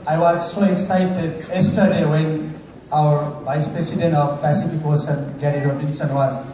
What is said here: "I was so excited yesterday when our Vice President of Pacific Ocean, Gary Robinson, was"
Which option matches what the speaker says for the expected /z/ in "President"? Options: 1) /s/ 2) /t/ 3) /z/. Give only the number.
1